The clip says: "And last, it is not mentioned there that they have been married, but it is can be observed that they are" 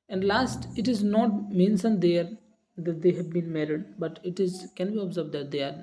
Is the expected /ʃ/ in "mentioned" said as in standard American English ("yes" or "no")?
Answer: no